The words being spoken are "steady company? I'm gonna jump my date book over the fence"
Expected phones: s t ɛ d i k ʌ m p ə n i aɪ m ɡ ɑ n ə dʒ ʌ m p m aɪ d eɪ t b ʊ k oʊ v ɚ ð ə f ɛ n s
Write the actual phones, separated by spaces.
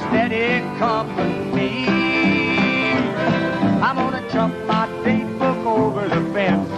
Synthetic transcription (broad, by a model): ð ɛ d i k ʌ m ə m i aɪ m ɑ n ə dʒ ʌ m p m aɪ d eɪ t b ʊ k oʊ v ɚ ð ə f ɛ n